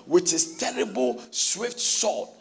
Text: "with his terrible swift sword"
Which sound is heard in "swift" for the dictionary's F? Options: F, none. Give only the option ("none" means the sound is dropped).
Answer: F